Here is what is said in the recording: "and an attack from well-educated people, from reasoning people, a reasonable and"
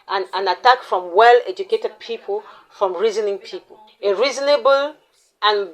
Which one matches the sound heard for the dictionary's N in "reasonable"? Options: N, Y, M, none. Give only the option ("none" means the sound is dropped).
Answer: N